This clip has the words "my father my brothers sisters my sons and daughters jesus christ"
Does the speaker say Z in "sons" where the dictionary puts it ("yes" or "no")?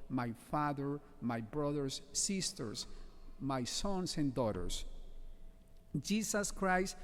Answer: no